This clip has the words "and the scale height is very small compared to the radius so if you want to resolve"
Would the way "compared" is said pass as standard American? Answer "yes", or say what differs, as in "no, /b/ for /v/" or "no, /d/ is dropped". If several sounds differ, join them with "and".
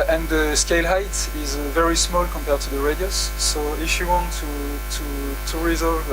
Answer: yes